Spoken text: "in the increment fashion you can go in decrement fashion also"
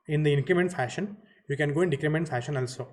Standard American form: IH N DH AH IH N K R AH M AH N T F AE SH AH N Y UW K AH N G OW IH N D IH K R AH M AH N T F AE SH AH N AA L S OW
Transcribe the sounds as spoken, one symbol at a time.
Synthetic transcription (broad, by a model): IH N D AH IH N K R AH M AH N T F AE SH AH N Y UW K AH N G OW IH N D IH K R AH M AH N T F AE SH AH N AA L S OW